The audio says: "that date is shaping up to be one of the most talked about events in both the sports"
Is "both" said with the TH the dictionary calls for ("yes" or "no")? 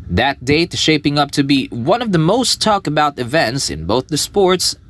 yes